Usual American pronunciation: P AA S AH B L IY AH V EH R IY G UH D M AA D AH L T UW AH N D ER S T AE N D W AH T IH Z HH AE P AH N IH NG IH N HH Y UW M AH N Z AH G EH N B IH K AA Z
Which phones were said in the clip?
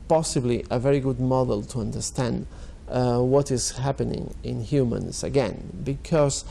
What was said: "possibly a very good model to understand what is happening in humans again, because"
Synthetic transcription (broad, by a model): P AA S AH B L IY AH V EH R IY G UH D M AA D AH L T UW AH N D ER S T AE N D W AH T IH Z HH AE P AH N IH NG IH N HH Y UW M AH N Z AH G EH N B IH K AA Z